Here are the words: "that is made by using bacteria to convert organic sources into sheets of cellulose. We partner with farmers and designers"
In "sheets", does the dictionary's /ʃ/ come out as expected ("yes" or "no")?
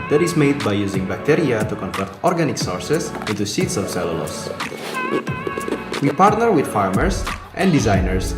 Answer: no